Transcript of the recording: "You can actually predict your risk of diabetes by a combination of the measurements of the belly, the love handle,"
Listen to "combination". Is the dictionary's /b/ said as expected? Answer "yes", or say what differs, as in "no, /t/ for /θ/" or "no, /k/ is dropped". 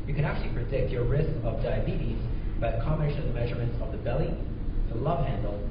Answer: no, /b/ is dropped